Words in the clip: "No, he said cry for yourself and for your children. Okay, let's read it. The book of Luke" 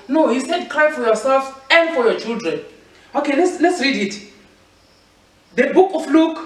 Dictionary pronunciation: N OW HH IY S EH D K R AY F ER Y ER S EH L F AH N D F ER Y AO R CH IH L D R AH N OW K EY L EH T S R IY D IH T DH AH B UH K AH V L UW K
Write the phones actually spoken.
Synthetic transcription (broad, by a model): N OW HH IY S EH D K R AY F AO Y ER S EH L F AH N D F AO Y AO CH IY L D R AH N OW K EY L EH T S R IY D IH T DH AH B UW K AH F L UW K